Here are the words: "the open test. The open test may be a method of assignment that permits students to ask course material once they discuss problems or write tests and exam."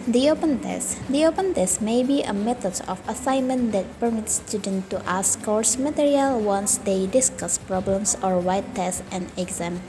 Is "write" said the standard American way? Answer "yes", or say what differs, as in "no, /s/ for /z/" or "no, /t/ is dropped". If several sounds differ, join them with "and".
no, /w/ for /ɹ/